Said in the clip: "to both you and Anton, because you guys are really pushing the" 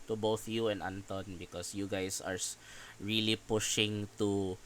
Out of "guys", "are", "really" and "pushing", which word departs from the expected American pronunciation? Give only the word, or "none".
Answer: guys